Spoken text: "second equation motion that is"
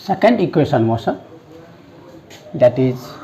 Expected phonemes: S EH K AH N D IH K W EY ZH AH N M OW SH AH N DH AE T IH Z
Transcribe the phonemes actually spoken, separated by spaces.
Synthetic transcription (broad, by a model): S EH K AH N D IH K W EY SH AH N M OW S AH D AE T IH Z